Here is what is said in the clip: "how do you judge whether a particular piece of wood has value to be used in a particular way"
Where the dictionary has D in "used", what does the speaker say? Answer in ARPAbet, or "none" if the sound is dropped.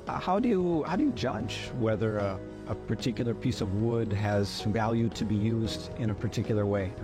D